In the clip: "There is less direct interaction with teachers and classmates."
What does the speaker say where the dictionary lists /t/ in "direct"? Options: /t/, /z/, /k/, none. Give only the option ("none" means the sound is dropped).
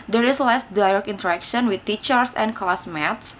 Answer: none